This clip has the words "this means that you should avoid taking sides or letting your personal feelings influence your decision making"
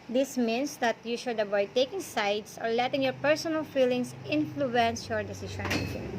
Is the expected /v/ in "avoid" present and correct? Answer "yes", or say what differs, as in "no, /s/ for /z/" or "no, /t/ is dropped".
no, /b/ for /v/